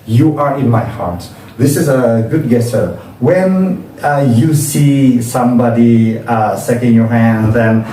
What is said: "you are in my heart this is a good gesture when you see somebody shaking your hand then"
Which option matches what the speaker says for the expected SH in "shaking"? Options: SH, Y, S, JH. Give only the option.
S